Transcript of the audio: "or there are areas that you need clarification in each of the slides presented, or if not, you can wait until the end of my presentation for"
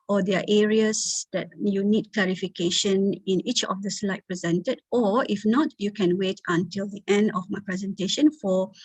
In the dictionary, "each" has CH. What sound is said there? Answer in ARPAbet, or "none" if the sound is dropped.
CH